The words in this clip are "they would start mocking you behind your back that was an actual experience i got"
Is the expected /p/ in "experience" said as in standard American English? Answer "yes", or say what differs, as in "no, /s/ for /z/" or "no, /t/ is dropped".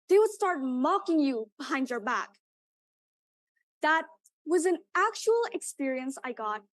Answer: yes